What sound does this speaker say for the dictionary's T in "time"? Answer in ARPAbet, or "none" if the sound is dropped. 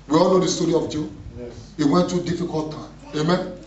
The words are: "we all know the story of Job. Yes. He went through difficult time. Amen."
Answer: T